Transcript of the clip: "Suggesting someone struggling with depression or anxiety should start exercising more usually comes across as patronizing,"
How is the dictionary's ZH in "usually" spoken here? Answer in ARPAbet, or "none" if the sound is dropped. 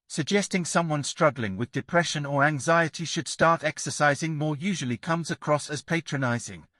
ZH